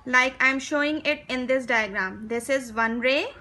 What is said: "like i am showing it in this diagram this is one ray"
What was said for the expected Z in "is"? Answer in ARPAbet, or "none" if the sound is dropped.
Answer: Z